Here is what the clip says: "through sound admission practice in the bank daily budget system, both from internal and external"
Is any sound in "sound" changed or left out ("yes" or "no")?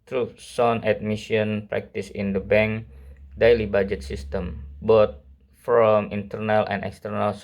yes